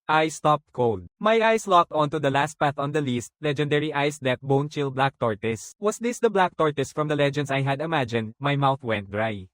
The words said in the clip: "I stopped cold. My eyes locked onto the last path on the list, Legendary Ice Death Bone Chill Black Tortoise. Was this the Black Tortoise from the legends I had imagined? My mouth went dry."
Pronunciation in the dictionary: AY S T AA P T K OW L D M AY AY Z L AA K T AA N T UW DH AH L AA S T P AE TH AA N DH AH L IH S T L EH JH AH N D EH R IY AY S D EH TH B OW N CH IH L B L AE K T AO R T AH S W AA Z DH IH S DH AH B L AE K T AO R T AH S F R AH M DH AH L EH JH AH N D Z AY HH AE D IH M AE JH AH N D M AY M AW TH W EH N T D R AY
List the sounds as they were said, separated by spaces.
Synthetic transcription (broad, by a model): AY S T AA P T K OW L D M AY AY S L AA K T AA N T UW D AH L AA S T P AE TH AA N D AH L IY S T L EH JH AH N D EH R IY AY S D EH T B OW N CH IH L B L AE K T AO R T AH S W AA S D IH S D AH B L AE K T AO R T AH S F R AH M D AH L EH JH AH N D S AY HH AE D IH M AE JH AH N D M AY M AW TH W EH N T D R AY